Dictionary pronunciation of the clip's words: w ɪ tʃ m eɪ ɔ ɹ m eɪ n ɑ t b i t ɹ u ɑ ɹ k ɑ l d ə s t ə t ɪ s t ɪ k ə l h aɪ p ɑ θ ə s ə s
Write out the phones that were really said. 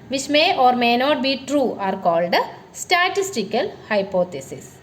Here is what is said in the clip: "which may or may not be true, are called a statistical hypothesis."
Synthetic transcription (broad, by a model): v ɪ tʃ m eɪ ɔ ɹ m eɪ n ɑ t b i t ɹ u ɑ ɹ k ɑ l d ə s t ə t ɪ s t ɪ k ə l h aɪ p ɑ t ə s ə s